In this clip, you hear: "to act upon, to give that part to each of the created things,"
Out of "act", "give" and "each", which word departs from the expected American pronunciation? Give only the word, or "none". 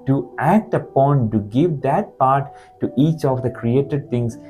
none